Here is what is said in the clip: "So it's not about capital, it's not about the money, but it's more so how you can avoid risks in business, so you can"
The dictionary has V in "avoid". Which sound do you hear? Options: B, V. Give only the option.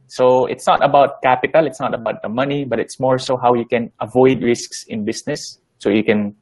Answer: V